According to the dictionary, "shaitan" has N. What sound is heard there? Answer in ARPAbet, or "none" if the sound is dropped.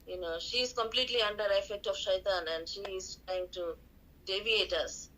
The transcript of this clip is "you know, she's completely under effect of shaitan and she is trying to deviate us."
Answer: N